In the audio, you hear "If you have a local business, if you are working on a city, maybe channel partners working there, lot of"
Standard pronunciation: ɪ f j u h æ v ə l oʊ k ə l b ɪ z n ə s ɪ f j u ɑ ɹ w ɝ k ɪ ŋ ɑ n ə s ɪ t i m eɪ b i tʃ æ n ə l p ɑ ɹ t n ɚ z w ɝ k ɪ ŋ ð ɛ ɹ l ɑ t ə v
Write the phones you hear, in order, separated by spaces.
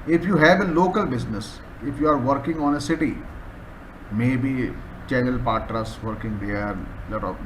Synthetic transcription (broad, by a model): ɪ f j u h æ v ə l oʊ k ə l b ɪ z n ə s ɪ f j u ɑ ɹ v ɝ k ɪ ŋ ɑ n ə s ɪ t i m eɪ b i tʃ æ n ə l p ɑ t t ɚ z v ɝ k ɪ ŋ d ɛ ɹ l ɑ t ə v